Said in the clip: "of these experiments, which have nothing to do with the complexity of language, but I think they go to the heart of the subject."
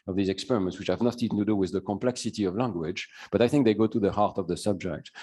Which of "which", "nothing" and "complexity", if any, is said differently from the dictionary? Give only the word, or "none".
nothing